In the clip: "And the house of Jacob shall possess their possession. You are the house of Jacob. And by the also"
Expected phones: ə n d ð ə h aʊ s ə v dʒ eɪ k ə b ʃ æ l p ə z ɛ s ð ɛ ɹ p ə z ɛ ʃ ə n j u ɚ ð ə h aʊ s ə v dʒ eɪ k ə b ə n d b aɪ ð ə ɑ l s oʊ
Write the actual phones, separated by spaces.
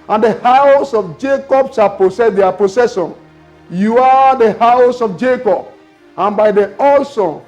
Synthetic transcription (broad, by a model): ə n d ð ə h aʊ s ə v dʒ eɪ k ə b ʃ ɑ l p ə s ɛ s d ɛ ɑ p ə s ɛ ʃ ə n j u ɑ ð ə h aʊ s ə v dʒ eɪ k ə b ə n b aɪ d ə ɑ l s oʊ